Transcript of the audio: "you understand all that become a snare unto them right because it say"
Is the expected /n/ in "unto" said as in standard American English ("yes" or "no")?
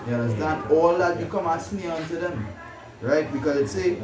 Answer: yes